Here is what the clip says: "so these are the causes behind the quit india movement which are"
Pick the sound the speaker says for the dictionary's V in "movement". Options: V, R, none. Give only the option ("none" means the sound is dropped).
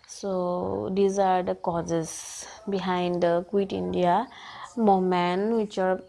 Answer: none